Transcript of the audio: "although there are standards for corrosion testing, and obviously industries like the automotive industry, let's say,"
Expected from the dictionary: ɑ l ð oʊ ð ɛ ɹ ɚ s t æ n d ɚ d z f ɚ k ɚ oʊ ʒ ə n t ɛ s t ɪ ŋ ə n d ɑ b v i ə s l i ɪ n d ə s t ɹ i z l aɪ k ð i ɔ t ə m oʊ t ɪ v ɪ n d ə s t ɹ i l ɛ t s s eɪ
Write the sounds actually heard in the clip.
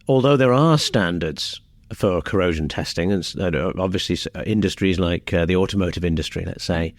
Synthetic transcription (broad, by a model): ɑ l ð oʊ ð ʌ ɹ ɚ s t æ n d ɚ d z f ɚ k ɚ oʊ ʒ ə n t ɛ s t ɪ ŋ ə n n ɑ b v i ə s l i ɪ n d ə s t ɹ i z l aɪ k ð i ɔ t ə m oʊ t ɪ v ɪ n d ə s t ɹ i l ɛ t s s eɪ